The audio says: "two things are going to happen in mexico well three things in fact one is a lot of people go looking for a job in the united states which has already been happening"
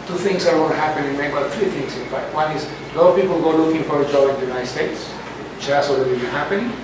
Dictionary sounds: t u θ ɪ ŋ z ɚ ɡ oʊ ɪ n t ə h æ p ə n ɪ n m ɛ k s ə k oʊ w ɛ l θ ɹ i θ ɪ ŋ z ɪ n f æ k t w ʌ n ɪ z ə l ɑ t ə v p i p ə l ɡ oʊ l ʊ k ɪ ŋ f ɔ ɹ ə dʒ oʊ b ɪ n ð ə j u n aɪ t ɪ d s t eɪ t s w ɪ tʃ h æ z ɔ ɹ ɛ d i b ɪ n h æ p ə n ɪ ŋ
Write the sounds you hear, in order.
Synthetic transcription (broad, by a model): t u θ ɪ ŋ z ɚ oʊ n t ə h æ p ə n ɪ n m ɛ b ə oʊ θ ɹ i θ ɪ ŋ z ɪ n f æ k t w ʌ n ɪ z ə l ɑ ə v p i p ə l ɡ oʊ l ʊ k ɪ ŋ f ɔ ɹ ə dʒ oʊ ɪ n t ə j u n aɪ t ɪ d s t eɪ t s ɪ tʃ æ s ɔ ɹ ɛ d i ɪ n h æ p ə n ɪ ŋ